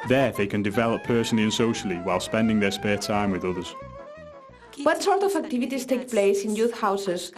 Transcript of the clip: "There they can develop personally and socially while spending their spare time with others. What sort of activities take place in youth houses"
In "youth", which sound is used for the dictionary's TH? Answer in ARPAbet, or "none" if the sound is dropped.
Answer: TH